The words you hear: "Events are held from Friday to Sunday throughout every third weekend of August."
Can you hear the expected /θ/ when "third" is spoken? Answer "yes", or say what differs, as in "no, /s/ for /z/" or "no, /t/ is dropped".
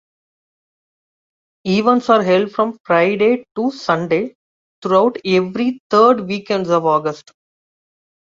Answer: no, /t/ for /θ/